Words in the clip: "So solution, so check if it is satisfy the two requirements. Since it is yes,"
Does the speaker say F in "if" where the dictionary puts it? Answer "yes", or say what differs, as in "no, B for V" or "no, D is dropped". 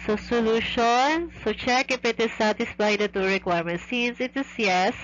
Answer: no, P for F